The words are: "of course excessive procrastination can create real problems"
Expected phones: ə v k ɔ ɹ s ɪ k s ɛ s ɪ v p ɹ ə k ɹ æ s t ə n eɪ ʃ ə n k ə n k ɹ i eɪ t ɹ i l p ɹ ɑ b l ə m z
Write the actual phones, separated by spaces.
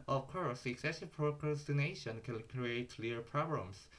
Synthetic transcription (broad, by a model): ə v k ɔ ɹ s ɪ k s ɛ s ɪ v p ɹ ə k ɹ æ s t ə n eɪ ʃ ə n k ə n k ɹ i eɪ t l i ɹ p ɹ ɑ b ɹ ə m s